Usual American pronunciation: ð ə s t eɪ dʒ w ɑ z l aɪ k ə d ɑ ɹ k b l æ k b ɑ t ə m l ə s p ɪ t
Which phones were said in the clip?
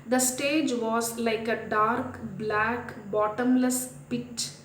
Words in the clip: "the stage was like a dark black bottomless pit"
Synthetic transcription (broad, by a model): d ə s t eɪ dʒ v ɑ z l aɪ k ə d ɑ ɹ k b l æ k b ɑ t ə m l ə s p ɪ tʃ